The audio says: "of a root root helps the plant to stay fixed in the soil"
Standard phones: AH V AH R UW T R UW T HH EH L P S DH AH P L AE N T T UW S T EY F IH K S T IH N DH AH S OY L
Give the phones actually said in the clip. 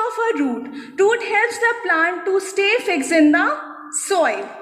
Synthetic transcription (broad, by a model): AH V AH R UW T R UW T HH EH L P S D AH P L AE N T T UW S T EY F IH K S IH N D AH S OY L